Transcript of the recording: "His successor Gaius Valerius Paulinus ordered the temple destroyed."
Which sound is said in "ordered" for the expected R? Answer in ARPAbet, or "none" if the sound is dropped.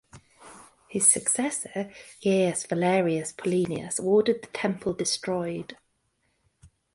W